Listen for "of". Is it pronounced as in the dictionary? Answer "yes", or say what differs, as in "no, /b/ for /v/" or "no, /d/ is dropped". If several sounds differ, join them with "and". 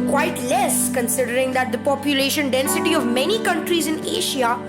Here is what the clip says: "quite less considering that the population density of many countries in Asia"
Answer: yes